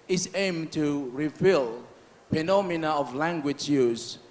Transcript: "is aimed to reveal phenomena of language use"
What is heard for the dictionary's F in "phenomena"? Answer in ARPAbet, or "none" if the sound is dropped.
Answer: P